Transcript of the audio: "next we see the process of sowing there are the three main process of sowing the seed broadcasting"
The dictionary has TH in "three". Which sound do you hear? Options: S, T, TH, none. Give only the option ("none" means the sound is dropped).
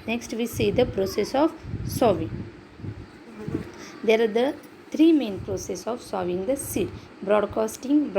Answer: T